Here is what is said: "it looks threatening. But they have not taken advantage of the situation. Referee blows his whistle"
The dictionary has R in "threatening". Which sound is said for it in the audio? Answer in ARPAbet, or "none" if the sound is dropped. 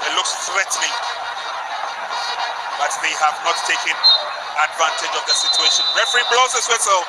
W